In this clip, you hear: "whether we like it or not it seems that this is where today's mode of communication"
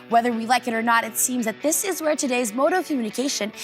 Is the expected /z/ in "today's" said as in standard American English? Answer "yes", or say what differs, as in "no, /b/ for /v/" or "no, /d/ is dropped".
yes